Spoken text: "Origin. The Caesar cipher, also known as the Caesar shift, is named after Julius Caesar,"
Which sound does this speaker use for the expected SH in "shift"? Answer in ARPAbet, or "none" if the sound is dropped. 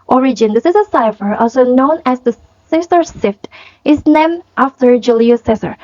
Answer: S